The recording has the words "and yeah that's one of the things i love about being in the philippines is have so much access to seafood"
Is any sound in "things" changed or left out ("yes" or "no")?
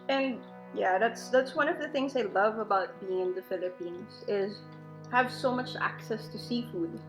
no